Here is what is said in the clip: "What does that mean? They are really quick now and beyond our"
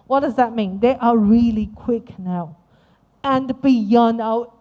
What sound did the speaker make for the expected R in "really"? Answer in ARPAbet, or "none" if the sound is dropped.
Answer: R